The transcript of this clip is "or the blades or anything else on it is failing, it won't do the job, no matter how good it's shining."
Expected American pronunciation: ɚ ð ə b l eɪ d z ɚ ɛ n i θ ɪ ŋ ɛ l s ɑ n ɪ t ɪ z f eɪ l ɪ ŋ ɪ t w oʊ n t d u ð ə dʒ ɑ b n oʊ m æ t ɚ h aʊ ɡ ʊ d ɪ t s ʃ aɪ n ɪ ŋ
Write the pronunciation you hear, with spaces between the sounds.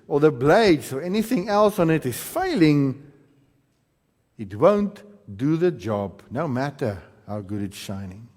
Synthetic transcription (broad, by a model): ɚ ð ə b l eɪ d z ɚ ɛ n i θ ɪ ŋ ɛ l s ɑ n ɪ t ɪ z f eɪ l ɪ ŋ ɪ t w oʊ n t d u ð ə dʒ ɑ b n oʊ m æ t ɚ h aʊ ɡ ʊ d ɪ t s ʃ aɪ n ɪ ŋ